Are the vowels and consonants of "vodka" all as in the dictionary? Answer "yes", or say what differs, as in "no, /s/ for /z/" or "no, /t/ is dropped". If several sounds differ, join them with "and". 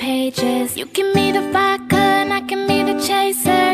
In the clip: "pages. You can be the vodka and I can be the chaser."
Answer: no, /f/ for /v/